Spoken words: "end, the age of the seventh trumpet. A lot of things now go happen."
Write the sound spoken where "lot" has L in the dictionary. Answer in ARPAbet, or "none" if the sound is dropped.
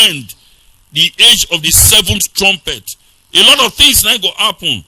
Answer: L